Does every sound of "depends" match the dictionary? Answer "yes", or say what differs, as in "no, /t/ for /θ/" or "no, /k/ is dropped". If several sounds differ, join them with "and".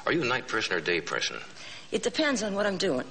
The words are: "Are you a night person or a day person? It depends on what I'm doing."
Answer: yes